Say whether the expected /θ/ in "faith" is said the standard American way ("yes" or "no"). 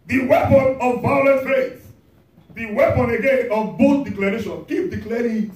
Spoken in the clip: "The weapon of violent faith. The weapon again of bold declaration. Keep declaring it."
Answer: no